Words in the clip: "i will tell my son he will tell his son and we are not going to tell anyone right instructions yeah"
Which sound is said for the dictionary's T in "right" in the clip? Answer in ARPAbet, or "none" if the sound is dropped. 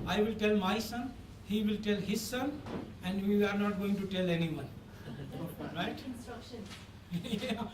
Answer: none